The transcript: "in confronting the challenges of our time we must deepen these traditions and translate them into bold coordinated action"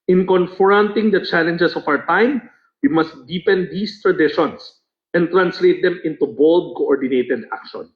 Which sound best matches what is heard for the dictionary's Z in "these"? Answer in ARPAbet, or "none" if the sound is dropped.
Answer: S